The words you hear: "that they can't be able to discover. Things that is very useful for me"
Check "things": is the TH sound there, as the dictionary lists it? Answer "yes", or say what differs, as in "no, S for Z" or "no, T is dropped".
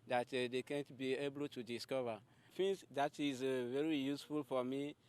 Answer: no, F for TH